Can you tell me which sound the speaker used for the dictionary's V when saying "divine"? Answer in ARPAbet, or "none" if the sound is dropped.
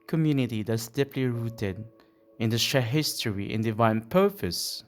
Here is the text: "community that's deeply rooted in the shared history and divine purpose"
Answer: V